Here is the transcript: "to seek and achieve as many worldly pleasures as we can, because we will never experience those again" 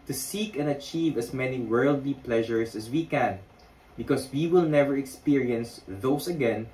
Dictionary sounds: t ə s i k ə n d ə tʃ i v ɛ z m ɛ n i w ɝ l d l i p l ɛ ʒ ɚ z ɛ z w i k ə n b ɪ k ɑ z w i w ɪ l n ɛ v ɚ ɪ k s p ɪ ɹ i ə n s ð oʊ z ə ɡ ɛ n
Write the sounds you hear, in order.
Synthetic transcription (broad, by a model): t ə s i k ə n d ə tʃ i v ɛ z m ɛ n i w ɝ l d l i p l ɛ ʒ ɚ s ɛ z w i k ə n b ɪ k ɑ s w i w ɪ l n ɛ v ɚ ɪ k s p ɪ ɹ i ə n s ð oʊ s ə ɡ ɛ n